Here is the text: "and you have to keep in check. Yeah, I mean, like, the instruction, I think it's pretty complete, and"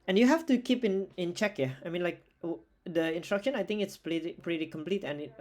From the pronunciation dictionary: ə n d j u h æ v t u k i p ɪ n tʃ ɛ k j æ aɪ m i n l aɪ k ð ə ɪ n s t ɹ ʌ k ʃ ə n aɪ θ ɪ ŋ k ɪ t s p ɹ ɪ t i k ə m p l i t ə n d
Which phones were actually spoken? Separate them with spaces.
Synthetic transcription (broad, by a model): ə n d j u h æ f t u k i p ɪ n tʃ ɛ k j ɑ aɪ m i n l aɪ k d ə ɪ n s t ɹ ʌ k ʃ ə n aɪ t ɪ ŋ k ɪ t s p ɹ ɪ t i k ə m p l i t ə n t